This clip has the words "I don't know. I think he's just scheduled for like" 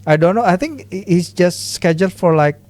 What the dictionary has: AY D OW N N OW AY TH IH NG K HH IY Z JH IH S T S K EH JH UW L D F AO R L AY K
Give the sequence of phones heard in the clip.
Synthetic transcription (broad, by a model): AY D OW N N OW AY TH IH NG K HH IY S JH IH S T S K EH JH UW L D F AO R L AY K